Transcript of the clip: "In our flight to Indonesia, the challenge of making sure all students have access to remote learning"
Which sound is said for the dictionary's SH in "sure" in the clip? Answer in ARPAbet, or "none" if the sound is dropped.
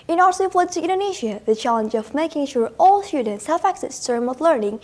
SH